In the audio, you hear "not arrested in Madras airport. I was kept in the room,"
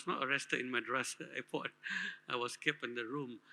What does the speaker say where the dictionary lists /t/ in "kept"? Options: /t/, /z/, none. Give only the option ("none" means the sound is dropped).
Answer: none